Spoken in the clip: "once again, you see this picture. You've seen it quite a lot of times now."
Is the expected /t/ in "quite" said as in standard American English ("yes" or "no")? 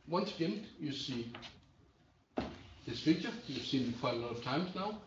no